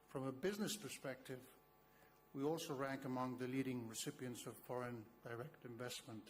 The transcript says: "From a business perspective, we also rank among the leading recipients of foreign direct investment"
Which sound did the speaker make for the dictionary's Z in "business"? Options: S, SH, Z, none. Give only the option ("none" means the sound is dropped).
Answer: Z